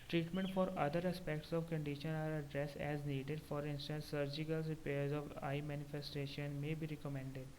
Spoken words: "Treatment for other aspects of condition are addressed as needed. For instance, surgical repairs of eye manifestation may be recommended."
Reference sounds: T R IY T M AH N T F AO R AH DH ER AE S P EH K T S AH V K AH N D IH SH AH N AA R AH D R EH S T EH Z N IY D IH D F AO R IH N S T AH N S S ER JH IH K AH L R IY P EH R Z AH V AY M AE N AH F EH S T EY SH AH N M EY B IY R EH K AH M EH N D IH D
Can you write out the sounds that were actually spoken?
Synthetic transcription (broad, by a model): T R IY T M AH N T F AO R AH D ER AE S P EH K T S AH V K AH N D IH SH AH N AA R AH D R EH S EH Z N IY D IH D F AO R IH N S T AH N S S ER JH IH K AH L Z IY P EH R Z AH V AY M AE N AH F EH S T EY SH AH N M EY B IY R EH K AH M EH N D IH D